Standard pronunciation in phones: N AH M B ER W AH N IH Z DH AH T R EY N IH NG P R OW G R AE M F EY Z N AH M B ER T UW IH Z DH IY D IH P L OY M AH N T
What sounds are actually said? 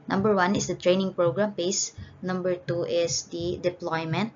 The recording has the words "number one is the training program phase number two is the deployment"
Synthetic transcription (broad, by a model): N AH M B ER W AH N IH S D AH T R EY N IH NG P R OW G R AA M P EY S N AH M B ER T UW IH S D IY D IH P L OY M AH N T